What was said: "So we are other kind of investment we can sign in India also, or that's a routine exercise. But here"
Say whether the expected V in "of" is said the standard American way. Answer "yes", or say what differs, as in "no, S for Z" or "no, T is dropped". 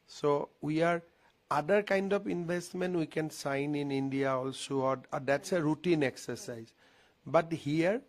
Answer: no, P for V